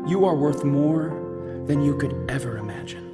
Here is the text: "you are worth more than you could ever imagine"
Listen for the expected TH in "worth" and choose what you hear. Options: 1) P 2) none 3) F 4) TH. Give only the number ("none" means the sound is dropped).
4